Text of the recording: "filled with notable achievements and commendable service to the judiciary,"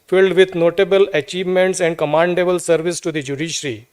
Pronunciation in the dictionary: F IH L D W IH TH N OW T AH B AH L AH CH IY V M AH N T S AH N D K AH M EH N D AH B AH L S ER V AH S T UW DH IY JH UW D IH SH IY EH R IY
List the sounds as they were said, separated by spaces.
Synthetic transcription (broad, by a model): F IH L D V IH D N OW T AH B AH L AH CH IY V M AH N T S AH N D K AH M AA N D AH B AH L S ER V AH S T UW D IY JH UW D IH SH R IY